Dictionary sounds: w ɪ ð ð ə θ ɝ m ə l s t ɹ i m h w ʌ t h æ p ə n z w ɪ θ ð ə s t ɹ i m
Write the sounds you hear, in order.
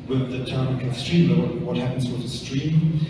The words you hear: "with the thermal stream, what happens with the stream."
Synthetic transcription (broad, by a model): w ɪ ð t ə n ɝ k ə s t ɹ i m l w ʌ t h æ p ə n z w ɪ ð ə s t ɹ i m